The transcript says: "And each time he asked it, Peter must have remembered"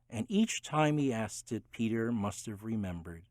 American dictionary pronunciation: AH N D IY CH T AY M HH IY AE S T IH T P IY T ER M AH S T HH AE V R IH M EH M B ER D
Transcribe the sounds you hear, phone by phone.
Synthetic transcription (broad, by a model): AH N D IY CH T AY M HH IY AE S T IH T P IY T ER M AH S T HH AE V R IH M EH M B ER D